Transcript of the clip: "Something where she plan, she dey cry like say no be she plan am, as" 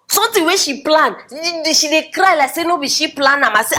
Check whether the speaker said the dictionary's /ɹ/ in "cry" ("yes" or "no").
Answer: yes